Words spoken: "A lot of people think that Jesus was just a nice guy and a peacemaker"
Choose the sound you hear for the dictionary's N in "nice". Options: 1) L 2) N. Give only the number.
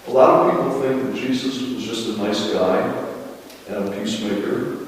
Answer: 2